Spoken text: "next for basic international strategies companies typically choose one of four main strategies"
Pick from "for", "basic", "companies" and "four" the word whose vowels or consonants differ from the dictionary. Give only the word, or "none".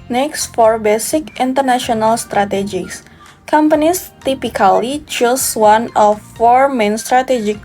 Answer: companies